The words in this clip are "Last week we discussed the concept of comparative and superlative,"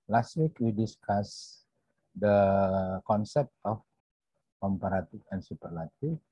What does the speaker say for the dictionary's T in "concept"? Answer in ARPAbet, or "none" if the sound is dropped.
T